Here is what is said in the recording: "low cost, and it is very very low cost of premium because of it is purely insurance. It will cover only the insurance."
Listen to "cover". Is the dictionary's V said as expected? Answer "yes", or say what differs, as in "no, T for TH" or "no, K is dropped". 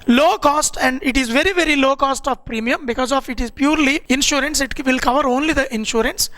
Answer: yes